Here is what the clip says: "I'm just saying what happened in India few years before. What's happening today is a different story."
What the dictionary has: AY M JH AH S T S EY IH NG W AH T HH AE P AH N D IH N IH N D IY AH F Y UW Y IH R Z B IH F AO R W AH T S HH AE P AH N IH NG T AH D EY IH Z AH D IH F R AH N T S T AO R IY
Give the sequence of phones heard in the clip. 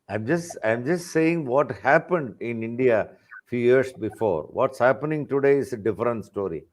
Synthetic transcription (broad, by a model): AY M JH AH S T S EY IH NG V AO T HH AE P AH N D IH N IH N D IY AH F Y UW Y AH R S B IH F AO R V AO T S HH AE P AH N IH NG T AH D EY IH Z AH D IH F R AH N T S T AO R IY